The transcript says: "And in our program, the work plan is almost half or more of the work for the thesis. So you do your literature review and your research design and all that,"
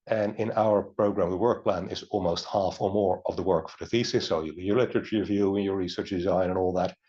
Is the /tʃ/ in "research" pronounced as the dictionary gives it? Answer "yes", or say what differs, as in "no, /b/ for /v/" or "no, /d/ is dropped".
yes